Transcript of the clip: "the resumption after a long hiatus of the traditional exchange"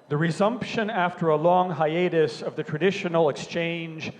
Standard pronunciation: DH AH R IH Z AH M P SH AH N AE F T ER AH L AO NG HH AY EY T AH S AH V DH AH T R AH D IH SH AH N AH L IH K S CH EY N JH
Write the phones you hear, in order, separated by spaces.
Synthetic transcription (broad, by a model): DH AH R IH Z AH M P SH AH N AE F T ER AH L AO NG HH AY EY T AH S AH V DH AH T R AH D IH SH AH N L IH K S CH EY N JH